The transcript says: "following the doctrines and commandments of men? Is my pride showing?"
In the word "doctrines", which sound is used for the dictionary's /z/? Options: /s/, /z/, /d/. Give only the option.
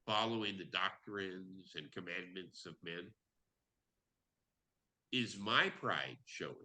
/z/